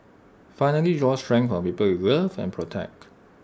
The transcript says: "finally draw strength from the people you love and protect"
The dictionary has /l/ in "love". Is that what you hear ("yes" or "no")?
no